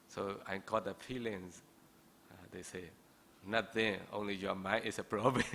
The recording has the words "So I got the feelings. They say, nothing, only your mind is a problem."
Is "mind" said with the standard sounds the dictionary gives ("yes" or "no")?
no